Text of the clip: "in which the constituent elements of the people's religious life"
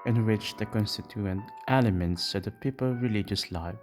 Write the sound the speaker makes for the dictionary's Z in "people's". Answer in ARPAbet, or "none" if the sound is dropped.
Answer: none